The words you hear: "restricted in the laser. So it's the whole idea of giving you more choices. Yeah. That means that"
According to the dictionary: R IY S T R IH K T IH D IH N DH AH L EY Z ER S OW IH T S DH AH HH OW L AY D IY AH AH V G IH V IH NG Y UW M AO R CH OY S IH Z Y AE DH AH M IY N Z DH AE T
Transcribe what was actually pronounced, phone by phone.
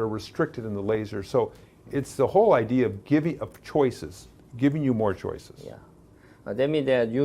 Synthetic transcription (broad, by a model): R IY S T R IH K T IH D IH N DH AH L EY Z ER S OW IH T S DH AH HH OW L AY D IY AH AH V G IH V IH NG Y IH M AO R CH OY S IH Z Y AE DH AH M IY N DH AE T